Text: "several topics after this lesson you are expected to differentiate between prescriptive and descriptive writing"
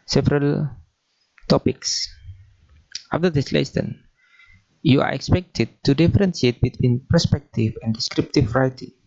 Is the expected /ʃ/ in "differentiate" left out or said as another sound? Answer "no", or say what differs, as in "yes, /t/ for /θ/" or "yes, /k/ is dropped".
yes, /s/ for /ʃ/